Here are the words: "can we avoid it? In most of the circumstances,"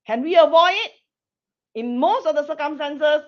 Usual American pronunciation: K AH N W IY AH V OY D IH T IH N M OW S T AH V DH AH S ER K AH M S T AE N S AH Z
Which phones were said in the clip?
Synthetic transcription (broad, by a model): K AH N W IY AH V OY IH T IH N M OW S T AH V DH AH S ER K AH M S T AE N S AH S